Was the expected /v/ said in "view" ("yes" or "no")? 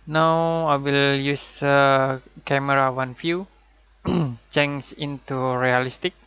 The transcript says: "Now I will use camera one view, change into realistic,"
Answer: no